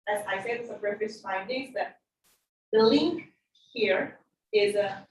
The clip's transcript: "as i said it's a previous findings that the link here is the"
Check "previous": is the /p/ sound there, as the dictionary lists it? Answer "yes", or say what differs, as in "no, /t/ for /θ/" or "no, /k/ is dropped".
no, /b/ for /p/